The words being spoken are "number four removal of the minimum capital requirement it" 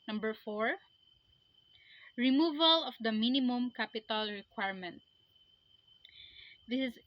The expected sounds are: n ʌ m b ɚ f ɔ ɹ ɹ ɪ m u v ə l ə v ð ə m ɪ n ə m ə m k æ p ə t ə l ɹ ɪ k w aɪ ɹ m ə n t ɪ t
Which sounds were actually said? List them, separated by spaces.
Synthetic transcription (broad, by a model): n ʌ m b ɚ f ɔ ɹ ɹ ɪ m u v ə l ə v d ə m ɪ n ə m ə m k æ p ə t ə l ɹ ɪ k w aɪ ɹ m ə n t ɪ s